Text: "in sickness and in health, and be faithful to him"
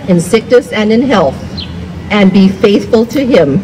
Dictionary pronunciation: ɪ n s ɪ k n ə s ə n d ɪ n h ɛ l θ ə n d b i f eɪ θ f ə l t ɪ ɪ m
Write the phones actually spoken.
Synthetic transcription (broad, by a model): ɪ n s ɪ k n ə s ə n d ɪ n h ɛ l θ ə n b i f eɪ θ f ə l t ɪ ɪ m